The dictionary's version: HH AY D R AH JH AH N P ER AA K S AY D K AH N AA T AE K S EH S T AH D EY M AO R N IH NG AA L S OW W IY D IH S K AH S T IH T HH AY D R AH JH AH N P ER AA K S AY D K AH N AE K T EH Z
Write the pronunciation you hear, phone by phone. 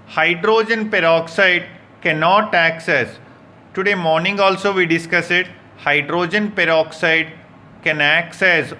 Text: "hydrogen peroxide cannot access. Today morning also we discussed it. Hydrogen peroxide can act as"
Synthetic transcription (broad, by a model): HH AY D R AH JH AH N P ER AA K S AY D K AH N AA T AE K S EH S T AH D EY M AO R N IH NG AA L S OW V IY D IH S K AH S IH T HH AY D R AH JH AH N P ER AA K S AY D K AH N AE K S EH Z